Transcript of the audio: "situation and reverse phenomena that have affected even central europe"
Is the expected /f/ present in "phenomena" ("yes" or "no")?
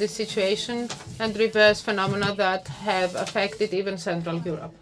yes